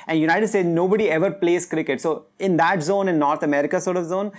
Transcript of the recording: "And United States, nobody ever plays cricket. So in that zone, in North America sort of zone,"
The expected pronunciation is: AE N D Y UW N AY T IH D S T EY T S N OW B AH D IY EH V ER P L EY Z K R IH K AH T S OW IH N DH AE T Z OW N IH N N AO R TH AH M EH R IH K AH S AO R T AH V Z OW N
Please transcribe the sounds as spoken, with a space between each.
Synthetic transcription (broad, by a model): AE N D Y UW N AY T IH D S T EY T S N OW B AH D IY EH V ER P L EY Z K R IH K AH T S OW IH N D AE T Z OW N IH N N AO R T AH M EH R IH K AH S AO R T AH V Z OW N